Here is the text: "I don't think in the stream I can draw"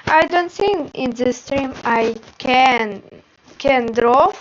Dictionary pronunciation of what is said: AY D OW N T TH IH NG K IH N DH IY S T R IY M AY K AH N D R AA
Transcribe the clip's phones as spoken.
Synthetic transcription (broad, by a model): AY D OW N T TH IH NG IH N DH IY S T R IY M AY K AH N D R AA